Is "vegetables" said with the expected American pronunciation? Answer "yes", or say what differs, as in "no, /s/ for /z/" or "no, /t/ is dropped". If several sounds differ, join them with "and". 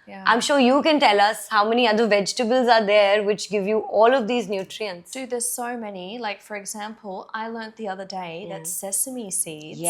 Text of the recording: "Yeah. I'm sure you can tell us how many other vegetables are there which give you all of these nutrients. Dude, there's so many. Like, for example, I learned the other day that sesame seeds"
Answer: yes